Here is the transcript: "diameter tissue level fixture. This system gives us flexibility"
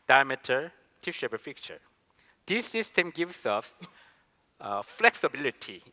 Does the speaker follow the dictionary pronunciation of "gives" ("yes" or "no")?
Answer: no